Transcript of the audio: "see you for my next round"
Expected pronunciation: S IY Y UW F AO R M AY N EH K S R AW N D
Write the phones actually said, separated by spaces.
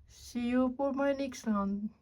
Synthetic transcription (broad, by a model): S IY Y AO P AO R M AY N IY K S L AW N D